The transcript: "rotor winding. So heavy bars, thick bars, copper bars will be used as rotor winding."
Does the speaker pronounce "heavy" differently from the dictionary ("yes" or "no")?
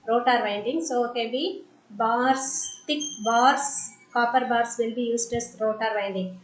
yes